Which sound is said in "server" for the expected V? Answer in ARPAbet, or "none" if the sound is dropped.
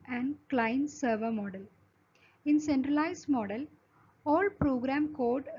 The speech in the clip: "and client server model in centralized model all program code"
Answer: V